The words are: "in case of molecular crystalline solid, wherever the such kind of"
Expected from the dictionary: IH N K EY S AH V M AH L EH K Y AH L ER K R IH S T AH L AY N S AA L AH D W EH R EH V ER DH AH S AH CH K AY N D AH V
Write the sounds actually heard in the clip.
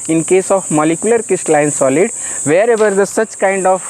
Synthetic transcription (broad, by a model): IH N K EY S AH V M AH L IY K Y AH L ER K IH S T L AY N S AA L AH D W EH R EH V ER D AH S AH CH K AY N D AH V